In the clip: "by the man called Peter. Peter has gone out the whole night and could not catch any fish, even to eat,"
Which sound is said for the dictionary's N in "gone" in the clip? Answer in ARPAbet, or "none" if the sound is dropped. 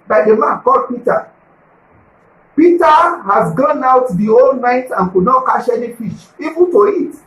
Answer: N